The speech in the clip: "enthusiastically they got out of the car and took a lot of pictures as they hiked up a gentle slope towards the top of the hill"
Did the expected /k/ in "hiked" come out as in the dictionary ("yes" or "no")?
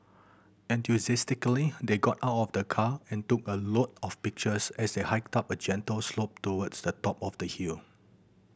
yes